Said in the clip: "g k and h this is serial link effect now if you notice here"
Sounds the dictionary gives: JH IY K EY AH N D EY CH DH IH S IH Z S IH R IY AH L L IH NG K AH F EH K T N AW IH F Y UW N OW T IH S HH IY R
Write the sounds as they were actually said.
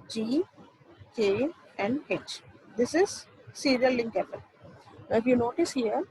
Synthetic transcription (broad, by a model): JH IY K EY AH N D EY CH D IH S IH Z S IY R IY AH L L IH NG K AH P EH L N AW IH F Y UW N OW T IH S HH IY R